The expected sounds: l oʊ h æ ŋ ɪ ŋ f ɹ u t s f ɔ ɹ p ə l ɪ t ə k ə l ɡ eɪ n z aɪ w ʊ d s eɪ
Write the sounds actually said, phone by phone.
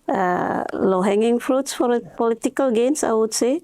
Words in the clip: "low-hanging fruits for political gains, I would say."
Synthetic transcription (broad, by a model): l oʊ h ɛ ŋ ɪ ŋ f ɹ u t s f ɔ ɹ p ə l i t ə k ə l ɡ eɪ n s aɪ w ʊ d s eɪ